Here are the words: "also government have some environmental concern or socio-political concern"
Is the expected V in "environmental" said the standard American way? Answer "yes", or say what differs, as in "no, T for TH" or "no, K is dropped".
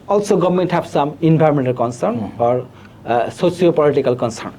no, B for V